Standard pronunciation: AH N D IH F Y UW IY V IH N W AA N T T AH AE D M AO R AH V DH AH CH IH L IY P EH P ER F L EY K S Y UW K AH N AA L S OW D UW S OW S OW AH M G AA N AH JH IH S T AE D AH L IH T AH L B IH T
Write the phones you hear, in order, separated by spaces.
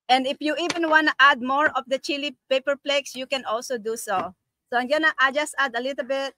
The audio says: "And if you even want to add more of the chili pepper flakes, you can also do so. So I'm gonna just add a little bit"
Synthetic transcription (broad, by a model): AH N D IH F Y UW IY V IH N W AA N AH T AH D M AO R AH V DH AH CH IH L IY P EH P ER P L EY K S Y UW K AH N AA L S OW D UW S OW S OW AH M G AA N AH JH IH S T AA D AH L IH T AH L B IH T